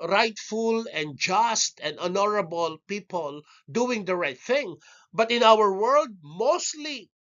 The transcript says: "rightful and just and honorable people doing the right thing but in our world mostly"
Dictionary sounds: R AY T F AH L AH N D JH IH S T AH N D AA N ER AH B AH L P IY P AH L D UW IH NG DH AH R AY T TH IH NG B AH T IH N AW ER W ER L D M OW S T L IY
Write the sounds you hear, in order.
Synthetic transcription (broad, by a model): R AY T F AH L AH N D JH IH S T AH N D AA N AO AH B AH L P IY P AH L D UW IH NG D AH R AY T TH IH NG B AH T IH N AW ER W ER L D M OW S T L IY